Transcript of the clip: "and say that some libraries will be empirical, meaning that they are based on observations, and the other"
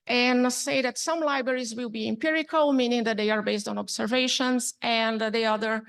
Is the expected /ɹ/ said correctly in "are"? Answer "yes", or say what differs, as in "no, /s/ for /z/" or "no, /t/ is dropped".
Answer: yes